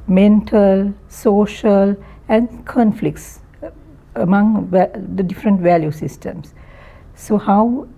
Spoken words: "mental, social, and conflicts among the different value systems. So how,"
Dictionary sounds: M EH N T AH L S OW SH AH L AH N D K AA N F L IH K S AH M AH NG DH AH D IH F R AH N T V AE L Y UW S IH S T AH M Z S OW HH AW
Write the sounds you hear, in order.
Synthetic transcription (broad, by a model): M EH N T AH L S OW SH AH L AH N K AA N F L IH K S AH M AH NG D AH D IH F R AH N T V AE L Y UW S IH S T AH M S OW HH AW